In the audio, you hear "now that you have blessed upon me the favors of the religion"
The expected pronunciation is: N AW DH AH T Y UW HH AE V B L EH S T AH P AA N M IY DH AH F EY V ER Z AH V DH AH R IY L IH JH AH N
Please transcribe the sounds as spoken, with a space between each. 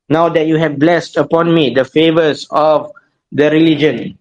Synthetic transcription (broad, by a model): N AW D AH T Y UW HH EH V B L EH S T AH P AA N M IY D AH F EY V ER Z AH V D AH R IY L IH JH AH N